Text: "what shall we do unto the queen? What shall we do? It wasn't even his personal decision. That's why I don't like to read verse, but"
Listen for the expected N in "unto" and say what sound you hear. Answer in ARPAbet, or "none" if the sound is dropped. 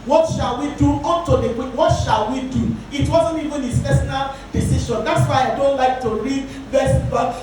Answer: none